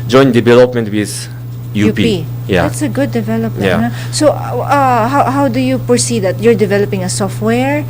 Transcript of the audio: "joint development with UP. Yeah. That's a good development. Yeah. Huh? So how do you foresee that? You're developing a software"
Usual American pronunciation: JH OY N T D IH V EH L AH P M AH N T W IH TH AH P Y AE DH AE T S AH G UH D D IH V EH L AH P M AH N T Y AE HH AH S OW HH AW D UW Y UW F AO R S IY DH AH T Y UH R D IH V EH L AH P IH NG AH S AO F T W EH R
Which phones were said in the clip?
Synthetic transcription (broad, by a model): JH OY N D IH V EH L AH P M AH N T W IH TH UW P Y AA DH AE T S AH G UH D D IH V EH L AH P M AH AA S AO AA HH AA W HH AW D UW Y UW P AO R S IY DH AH T Y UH R D IH V EH L AH P IH NG AH S AO F T W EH R